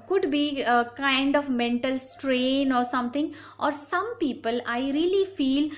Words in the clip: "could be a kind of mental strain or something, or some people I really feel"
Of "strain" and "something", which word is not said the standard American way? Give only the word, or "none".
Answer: something